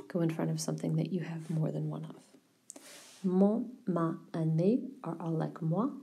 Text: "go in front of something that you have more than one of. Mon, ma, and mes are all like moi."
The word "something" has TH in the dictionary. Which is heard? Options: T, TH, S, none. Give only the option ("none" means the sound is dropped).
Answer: TH